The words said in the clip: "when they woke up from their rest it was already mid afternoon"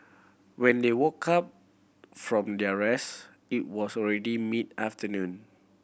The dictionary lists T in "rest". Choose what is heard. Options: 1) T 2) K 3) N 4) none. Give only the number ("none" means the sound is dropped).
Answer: 4